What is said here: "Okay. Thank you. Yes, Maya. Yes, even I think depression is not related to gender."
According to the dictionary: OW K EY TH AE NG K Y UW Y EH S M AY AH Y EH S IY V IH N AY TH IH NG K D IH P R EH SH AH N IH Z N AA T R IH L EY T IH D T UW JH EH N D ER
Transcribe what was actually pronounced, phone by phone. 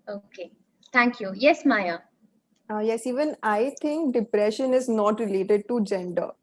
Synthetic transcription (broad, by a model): OW K EY T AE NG K Y UW Y EH S M AY AH Y EH S IY V IH N AY T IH NG K D IH P R EH SH AH N IH Z N AA T R IH L EY T IH D T UW JH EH N D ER